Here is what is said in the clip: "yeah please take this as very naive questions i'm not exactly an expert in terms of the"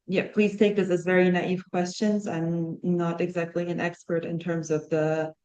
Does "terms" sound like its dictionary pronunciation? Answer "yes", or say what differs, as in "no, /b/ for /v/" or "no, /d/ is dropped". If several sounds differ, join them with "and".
yes